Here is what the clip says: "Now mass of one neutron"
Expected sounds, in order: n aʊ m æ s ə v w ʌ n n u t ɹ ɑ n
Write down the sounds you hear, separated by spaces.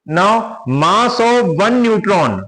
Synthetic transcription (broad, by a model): n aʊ m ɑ s ə v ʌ n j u t ɹ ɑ n